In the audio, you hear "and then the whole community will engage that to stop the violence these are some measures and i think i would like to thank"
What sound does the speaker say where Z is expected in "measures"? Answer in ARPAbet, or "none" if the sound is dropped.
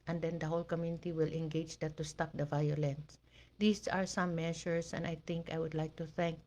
S